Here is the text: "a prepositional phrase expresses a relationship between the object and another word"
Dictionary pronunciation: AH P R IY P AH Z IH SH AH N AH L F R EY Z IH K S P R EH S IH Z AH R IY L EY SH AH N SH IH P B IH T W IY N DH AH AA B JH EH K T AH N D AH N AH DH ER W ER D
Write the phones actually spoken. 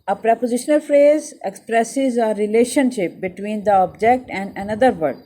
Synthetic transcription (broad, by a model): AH P R IY P AH Z IH SH AH N AH L F R EY Z IH K S P R EH S IH Z AH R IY L EY SH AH N SH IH P B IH T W IY N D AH AA B JH EH K T AH N D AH N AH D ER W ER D